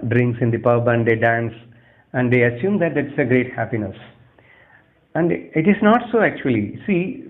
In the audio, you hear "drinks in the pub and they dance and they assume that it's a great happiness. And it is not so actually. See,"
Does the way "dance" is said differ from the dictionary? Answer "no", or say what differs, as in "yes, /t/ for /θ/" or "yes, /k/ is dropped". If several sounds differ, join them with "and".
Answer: no